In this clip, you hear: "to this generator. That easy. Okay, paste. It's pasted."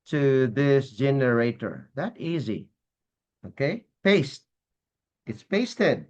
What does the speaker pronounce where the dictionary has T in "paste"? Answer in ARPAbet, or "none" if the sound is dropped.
T